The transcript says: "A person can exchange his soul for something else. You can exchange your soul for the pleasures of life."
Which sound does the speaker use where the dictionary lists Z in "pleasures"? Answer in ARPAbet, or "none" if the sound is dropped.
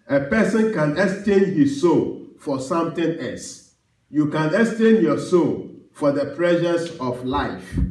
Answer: S